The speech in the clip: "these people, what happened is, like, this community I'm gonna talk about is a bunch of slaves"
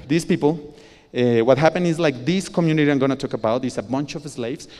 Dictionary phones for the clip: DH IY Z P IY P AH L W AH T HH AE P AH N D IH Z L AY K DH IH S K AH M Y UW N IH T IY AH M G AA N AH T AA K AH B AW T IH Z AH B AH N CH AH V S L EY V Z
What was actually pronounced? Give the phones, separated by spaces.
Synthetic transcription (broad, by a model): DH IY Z P IY P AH L W AH T HH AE P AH N IH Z L AY K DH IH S K AH M Y UW N IH T IY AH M G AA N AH T AA K AH B AW T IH S AH B AH N CH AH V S L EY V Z